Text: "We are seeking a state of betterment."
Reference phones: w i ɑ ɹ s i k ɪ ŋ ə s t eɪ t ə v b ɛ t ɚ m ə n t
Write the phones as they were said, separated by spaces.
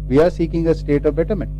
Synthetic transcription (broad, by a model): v i ɑ ɹ s i k ɪ ŋ ə s t eɪ t ə v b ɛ t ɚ m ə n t